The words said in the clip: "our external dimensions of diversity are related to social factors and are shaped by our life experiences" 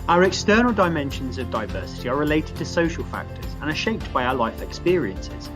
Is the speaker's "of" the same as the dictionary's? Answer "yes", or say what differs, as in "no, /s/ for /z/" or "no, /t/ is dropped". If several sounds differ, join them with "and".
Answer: yes